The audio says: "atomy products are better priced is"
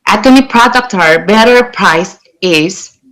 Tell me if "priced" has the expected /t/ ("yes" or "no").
no